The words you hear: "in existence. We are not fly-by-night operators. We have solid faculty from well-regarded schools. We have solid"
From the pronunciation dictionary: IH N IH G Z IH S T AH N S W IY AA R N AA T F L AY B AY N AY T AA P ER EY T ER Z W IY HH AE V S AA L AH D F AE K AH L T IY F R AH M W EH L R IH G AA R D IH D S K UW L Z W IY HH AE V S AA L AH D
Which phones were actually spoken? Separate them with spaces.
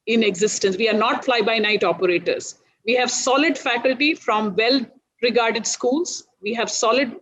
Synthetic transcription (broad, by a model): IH N IH G Z IH S T AH N S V IY AA R N AA T F L AY B AY N AY T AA P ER EY T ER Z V IY HH AE V S AA L AH D F AE K AH L T IY F R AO M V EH L R IH G AA R D IH D S K UW L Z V IY HH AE V S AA L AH D